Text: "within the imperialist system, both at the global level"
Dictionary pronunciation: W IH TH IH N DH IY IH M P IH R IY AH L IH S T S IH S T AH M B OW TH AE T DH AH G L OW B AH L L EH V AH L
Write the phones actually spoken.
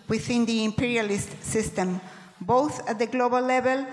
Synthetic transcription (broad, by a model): W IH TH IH N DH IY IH M P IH R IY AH L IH S T S IH S T AH M B OW TH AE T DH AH G L OW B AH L L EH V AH L